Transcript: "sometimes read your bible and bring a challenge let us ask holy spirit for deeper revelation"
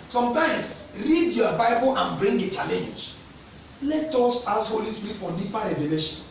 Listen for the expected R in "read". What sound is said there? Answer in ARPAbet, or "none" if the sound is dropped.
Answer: R